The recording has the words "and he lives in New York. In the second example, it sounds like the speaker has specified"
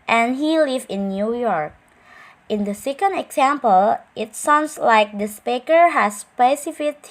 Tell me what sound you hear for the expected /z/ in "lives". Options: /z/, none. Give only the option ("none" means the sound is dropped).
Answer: none